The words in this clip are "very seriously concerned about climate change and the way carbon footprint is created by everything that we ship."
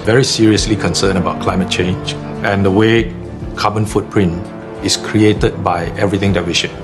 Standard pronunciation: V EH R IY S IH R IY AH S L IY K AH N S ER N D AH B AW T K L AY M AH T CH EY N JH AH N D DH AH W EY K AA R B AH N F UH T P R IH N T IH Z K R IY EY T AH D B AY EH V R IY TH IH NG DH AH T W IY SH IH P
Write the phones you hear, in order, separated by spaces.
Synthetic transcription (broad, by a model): V EH R IY S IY R IY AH S L IY K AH N S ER N AH B AW T K L AY M AH T CH EY N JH AH N D AH W EY K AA B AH N F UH T P R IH N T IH S K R IY EY T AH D B AY EH V R IY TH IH NG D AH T W IY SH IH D